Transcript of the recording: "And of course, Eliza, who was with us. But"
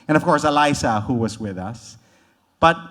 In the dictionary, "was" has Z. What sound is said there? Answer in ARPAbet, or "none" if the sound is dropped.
Z